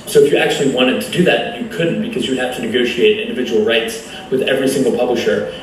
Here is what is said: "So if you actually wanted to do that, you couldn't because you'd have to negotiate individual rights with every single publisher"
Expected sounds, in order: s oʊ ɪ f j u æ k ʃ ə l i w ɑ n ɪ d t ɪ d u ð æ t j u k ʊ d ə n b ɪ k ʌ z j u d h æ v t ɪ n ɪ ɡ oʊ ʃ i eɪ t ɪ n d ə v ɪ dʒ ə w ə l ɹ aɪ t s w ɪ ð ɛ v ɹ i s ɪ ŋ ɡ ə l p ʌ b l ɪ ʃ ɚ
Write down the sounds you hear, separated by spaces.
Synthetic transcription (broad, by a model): s oʊ ɪ f j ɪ æ k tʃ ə l i w ɑ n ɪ d t ɪ d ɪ ð æ t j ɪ k ʊ d n b ɪ k ʌ z j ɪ d h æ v t ɪ n ɪ ɡ oʊ ʃ i eɪ t ɪ n d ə v ɪ dʒ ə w l ɹ aɪ t s w ɪ ð ɛ v ɹ i s ɪ ŋ ɡ l p ʌ b l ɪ ʃ ɚ